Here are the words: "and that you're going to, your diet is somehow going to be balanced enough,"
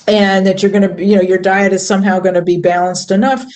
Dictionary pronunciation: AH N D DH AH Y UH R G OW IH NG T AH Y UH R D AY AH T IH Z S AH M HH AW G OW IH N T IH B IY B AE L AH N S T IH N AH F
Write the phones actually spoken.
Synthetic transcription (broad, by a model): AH N DH AH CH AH R G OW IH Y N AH Y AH R D AY AH T IH Z S AH M HH AW G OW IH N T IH B IY B AE L AH N S T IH N AH F